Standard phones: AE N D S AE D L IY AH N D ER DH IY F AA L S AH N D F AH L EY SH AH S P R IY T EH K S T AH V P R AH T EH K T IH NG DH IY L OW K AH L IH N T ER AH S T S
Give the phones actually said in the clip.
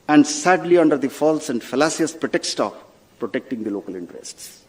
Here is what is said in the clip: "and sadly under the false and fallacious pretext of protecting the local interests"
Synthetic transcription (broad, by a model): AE N D S AE D L IY AH N D ER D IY F AA L S AH N D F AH L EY S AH S P R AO T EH K S T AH P P R AH T EH K T IH NG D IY L OW K AH L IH N T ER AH S T S